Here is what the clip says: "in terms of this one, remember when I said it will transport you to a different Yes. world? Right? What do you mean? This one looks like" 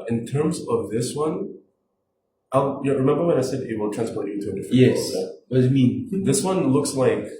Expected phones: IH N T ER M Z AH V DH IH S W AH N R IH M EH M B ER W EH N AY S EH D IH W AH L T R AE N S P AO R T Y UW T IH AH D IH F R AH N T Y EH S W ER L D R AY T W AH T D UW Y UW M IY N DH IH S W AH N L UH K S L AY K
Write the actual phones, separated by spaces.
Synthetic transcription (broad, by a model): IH N T ER M Z AH V DH IH S W AH N R IH M EH M B ER W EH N AY S EH D IH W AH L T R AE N S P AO R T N T IH AH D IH F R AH Y EH S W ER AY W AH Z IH M IY N DH IH S W AH N L UH K S L AY K